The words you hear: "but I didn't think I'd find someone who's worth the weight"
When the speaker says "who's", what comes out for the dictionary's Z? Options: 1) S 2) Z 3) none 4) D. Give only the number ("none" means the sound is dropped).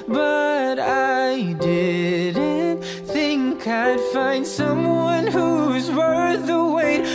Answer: 2